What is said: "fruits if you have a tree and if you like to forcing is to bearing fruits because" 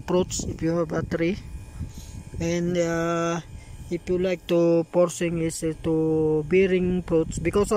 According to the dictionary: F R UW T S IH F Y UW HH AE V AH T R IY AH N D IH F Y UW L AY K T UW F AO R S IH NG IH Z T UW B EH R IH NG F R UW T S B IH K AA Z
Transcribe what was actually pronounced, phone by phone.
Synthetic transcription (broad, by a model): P R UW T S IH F Y UW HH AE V AH T R IY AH N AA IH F Y UW L AY K T UW P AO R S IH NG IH S T UW B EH R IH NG P R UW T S B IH K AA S